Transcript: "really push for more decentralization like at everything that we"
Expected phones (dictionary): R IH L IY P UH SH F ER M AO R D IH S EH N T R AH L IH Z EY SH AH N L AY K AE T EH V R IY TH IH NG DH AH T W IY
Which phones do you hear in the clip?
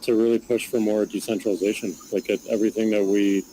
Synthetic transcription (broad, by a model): R IH L IY P UH SH F ER M AO R D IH S EH N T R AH L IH Z EY SH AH N L AY K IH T EH V R IY TH IH NG DH AH T W IY